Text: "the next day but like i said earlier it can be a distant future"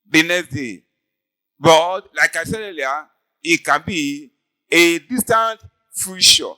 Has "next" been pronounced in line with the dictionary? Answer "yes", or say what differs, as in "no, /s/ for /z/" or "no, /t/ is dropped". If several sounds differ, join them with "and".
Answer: no, /k/ is dropped